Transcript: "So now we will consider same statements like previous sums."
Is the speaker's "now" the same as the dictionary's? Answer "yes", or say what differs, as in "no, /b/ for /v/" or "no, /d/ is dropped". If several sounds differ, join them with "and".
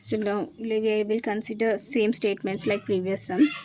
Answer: no, /l/ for /n/